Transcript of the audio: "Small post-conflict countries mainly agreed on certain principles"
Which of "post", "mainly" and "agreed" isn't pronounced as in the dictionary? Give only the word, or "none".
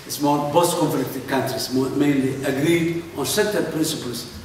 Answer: post